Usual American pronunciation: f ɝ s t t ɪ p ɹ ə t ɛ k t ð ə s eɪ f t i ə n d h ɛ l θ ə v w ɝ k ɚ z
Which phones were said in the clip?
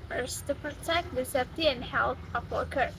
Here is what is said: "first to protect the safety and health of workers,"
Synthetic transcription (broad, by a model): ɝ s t t ɪ p ɹ ə t ɛ k t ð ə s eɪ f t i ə n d h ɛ l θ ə p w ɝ k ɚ